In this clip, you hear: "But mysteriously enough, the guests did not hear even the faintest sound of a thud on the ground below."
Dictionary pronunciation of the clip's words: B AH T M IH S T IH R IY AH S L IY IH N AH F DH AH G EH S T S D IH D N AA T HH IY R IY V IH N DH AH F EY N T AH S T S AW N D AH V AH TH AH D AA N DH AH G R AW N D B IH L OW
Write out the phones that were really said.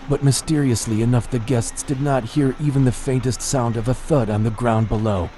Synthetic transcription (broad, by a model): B AH T M IH S T IH R IY AH S L IY IH N AH F DH AH G EH S T S D IH D N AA T HH IY R IY V IH N DH AH F EY N T AH S T S AW N D AH V AH TH AH D N DH AH G R AW N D B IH L OW